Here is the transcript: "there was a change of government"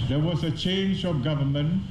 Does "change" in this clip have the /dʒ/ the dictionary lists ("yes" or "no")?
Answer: yes